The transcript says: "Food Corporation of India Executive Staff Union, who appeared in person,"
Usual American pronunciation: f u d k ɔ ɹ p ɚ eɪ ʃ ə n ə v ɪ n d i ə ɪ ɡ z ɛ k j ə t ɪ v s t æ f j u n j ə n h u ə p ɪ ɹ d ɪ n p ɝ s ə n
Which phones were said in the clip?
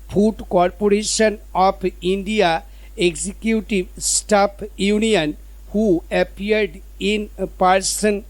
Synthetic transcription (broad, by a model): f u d k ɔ ɹ p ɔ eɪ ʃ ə n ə p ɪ n d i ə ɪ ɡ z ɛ k j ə t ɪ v s t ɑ p j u n j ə n h u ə p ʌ ɹ d ɪ n p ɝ s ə n